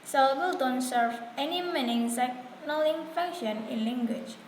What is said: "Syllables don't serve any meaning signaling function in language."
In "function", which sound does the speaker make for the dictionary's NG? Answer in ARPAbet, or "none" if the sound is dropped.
none